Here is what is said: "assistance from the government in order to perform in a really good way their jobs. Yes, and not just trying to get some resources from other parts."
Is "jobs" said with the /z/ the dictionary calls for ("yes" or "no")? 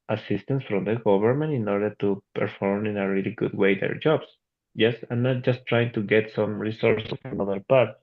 no